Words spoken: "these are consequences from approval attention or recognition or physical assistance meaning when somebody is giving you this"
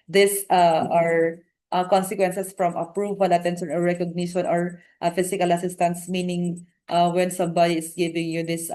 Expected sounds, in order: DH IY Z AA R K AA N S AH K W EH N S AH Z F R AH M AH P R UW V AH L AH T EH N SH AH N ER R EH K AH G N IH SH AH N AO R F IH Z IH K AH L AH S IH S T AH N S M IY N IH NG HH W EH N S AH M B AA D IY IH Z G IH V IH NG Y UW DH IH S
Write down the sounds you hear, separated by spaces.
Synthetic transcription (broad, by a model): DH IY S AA R K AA N S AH K W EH N S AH S F R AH M AH P R UW V AH L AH T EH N S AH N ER R EH K AH G N IH SH AH N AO R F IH S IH K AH L AH S IH S T AH N S M IY N IH NG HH W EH N S AH M B AA D IY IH S G IH V IH NG Y UW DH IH S